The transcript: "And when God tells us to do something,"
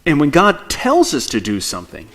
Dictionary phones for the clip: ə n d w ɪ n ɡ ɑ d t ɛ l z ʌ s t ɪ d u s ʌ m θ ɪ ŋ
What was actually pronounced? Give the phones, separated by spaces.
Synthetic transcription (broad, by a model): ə n w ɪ n ɡ ɑ d t ɛ l z ʌ s t ɪ d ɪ s ʌ m θ ɪ ŋ